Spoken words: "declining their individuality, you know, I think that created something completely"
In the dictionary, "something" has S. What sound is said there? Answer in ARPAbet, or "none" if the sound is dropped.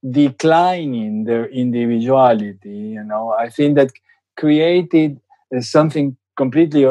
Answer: S